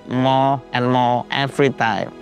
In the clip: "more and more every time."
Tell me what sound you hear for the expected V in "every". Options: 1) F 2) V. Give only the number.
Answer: 1